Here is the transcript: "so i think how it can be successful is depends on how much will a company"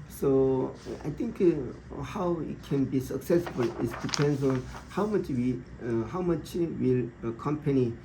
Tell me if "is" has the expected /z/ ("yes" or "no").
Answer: no